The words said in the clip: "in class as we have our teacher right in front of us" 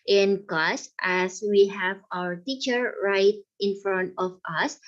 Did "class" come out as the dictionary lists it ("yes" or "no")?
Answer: no